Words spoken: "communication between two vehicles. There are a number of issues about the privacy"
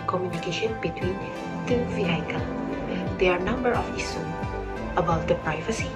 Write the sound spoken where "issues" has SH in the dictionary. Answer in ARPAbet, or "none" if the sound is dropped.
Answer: S